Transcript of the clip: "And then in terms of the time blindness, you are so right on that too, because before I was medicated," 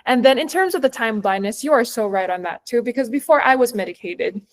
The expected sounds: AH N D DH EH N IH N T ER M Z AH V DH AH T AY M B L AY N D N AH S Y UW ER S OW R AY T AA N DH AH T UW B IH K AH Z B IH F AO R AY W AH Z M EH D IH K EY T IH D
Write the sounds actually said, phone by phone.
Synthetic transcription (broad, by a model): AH N DH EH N IH N T ER M Z AH V DH AH T AY M B L AY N N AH S Y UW ER S OW R AY T N DH AH T UW B IH K AH Z B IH F AO R AY W AH Z M EH D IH K EY T IH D